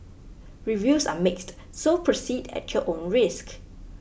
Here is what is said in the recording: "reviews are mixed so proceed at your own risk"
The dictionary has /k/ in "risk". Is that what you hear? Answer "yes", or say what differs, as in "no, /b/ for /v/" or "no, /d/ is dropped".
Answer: yes